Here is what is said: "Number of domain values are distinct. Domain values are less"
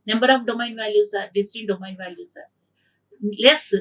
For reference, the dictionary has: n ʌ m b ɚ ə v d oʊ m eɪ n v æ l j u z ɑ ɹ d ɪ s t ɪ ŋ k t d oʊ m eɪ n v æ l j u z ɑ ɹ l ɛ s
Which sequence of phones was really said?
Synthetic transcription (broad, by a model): n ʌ m b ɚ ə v d oʊ m eɪ n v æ l j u s ɑ ɹ d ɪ s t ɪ k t d oʊ m eɪ n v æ l j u s ɑ ɹ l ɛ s